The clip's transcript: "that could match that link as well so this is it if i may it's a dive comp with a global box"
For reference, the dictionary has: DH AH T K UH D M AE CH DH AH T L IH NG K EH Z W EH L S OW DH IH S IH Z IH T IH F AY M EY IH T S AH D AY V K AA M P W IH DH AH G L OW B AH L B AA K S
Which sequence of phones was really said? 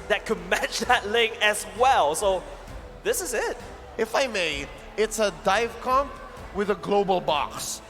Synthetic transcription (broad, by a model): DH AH T K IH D M AE CH DH AH T L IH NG IH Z W EH L S OW DH IH S IH Z IH T IH F AY M EY IH T S AH D AY V K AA M P W IH DH AH G L OW B AH L B AA K S